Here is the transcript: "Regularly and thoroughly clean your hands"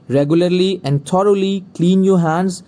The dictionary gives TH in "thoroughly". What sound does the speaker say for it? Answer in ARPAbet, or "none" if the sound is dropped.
T